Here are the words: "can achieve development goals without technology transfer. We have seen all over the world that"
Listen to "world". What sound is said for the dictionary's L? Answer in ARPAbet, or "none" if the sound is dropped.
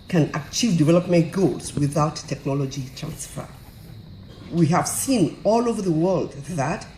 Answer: L